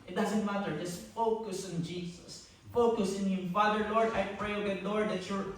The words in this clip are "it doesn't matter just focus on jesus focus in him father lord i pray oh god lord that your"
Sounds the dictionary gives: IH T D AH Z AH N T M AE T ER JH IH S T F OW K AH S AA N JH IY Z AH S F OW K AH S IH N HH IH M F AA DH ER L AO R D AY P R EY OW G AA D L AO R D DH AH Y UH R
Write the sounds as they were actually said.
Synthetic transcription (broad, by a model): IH T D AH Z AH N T M AE T ER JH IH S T F OW K AH S AA N JH IY S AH S F OW K AH S IH N HH IH M F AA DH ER L AO R D AY P R EY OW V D L AO R D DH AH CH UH R